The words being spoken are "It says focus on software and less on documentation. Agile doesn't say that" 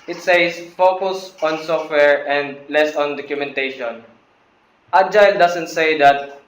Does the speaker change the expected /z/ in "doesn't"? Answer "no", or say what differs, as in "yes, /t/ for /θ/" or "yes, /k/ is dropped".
yes, /s/ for /z/